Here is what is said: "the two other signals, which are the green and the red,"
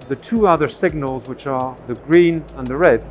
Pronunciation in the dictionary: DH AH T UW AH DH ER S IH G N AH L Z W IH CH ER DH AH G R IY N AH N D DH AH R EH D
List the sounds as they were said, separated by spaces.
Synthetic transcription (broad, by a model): DH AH T UW AH DH ER S IH G N AH L Z W IH CH ER DH AH G R IY N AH N DH AH R EH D